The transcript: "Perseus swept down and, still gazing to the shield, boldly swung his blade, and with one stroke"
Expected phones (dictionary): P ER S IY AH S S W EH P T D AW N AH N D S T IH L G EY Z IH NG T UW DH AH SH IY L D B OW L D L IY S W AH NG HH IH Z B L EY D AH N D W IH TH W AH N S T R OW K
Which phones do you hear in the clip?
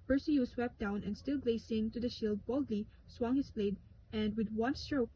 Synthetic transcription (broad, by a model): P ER S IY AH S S W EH P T D AW N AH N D S T IH L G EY S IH NG T UW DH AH SH IY L D B OW L D L IY S W AH NG HH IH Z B L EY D AH N D W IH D W AH N S T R OW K